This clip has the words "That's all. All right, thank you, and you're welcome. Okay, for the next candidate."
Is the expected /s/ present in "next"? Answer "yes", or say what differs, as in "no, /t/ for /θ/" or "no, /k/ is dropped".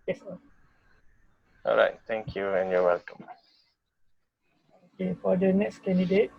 yes